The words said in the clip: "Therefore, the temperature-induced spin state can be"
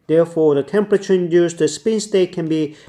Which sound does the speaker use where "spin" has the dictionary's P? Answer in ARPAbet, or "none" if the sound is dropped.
P